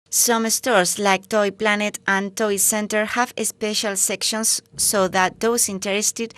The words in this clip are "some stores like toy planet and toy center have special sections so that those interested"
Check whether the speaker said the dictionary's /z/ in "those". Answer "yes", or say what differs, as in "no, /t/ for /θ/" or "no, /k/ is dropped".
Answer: no, /s/ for /z/